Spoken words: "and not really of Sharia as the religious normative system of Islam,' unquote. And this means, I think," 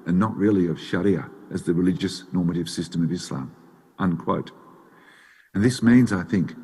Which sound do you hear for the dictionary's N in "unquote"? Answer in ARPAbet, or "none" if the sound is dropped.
N